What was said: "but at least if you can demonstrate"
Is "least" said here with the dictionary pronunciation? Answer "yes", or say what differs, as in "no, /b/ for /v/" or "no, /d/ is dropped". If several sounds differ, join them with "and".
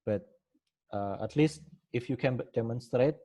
yes